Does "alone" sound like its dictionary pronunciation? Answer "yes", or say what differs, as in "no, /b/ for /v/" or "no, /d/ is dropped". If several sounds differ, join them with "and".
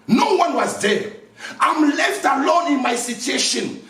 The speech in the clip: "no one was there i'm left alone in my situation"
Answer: yes